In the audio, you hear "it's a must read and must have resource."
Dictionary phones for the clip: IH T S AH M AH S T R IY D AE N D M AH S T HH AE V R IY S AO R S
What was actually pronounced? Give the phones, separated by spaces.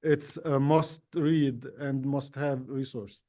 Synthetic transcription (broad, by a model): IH T S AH M AH S T R IY D AE N D M AH S T HH AE V R IY S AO R S